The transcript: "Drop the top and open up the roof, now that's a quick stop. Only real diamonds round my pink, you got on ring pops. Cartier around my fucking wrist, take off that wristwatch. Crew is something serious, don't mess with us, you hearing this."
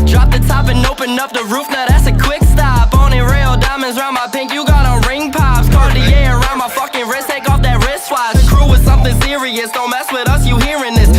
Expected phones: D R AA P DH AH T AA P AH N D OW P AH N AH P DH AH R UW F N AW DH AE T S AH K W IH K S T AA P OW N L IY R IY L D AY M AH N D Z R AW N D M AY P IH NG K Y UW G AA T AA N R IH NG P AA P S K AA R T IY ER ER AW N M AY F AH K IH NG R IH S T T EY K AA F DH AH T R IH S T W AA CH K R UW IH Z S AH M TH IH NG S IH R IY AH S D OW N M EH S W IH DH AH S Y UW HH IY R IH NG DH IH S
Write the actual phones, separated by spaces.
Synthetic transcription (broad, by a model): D R AA P DH AH T AA P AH N OW P AH N AH P DH AH R UW F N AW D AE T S AH K W IH K S T AA P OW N IY R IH L D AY M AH N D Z R AW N M AY P IH NG K Y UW G AA T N R IH NG P AA P S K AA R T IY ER ER AW N M AY F AH K IH NG R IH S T T EY K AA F DH AH T R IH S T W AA S K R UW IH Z S AH M TH IH NG S IH R IY AH S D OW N M EH S W IH DH AH S Y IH HH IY R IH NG DH IH S